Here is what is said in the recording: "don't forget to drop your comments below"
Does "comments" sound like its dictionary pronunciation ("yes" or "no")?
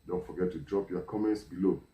yes